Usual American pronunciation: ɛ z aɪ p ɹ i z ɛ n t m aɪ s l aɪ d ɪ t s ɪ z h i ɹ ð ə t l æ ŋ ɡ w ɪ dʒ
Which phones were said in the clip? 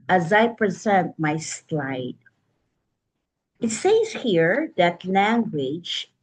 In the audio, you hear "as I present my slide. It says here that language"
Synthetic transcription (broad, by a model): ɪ z aɪ p ɹ i z ɛ n t m aɪ s l aɪ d ɪ t s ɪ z h i ɹ ð ə t l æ ŋ ɡ w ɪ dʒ